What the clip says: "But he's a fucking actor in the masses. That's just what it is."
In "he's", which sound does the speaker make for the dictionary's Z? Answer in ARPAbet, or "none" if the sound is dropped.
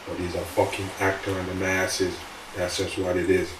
Z